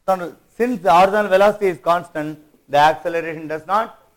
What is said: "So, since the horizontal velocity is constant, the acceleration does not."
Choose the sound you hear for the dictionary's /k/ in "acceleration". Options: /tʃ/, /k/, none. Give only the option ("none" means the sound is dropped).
/k/